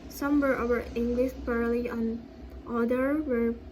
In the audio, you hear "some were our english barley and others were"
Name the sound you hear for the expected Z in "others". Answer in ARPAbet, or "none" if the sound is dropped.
none